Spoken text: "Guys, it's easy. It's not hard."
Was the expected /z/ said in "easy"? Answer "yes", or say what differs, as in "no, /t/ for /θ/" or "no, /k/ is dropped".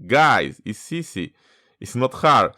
no, /s/ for /z/